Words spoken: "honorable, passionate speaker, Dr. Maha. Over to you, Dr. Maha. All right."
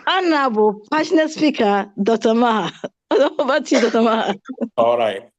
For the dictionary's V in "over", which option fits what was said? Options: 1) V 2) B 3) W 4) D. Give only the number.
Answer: 2